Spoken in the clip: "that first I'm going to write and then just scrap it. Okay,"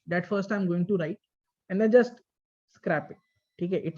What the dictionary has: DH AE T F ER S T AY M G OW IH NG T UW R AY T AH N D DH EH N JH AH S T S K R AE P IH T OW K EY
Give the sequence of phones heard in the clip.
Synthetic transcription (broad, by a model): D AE T F ER S T AY M G OW IH NG T UW R AY T AH N D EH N JH AH S T S K R AE P IH T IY K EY